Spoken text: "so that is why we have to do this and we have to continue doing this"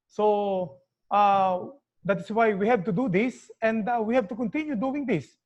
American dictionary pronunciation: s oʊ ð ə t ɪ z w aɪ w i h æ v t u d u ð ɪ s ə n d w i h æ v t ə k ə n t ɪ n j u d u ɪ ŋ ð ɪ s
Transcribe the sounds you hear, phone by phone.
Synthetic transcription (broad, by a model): s oʊ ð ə t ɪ s w aɪ w i h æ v t u d u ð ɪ s ə n d w i h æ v t ə k ə n t ɪ n j u d u ɪ ŋ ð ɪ s